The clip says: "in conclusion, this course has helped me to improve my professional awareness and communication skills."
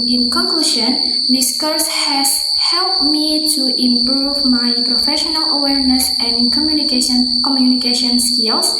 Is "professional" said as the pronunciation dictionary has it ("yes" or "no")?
yes